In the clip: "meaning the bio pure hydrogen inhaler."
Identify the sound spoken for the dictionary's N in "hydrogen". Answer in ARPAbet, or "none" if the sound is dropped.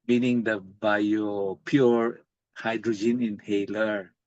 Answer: N